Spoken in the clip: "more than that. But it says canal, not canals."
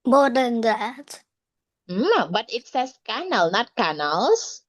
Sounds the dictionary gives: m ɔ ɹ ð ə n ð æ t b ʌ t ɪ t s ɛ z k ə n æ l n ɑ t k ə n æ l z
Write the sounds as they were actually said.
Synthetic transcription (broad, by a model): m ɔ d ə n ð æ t b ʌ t ɪ t s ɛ s k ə n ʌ l n ɑ t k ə n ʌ l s